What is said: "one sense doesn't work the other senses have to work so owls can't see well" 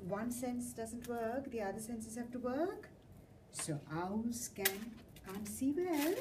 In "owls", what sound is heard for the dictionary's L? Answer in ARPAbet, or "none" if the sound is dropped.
none